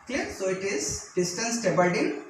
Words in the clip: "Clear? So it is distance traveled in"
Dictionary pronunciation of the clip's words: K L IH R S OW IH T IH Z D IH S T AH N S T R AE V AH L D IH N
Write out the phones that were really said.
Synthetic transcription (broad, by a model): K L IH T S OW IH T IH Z D IH S T AH N S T EH B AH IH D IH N